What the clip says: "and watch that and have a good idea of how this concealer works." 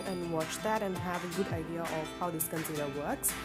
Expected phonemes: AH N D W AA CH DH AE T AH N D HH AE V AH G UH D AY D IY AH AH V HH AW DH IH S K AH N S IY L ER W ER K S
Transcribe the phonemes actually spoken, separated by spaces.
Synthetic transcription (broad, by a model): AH N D W AA CH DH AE T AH N HH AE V AH G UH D AY D IY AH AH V HH AW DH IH S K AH N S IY N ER W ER K S